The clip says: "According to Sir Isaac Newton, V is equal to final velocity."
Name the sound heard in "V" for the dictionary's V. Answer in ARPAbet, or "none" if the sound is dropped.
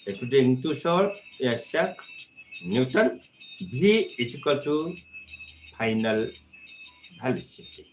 B